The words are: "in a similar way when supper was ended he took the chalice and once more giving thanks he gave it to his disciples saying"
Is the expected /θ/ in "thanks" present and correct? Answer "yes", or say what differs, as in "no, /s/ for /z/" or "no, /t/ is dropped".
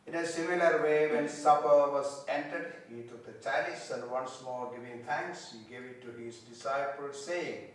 no, /t/ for /θ/